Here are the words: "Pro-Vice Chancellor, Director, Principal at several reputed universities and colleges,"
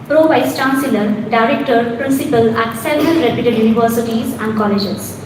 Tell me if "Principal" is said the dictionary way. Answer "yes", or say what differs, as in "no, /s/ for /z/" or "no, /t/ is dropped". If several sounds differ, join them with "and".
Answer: yes